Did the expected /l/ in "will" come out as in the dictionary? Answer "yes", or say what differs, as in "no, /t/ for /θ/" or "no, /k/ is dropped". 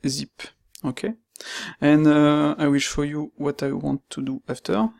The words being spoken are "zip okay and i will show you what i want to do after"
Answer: yes